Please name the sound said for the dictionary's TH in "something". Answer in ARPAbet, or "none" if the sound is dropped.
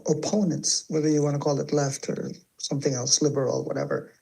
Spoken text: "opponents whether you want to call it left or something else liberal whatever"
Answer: TH